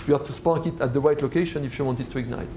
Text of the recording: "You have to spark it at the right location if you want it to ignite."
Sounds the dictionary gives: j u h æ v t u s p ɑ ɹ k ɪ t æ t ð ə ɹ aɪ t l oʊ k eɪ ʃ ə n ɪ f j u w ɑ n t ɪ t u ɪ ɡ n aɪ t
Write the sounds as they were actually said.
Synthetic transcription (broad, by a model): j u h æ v t u s p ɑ k ɪ t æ t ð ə w aɪ t l oʊ k eɪ ʃ ə n ɪ f j u w ɑ n t ɪ t u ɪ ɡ n aɪ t